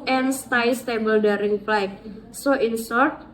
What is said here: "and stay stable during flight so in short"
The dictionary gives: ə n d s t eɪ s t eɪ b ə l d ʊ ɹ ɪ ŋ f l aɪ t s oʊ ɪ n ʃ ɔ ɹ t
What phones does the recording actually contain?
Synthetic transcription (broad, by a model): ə n s t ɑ s t eɪ b ə l d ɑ ɹ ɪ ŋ p l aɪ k s oʊ ɪ n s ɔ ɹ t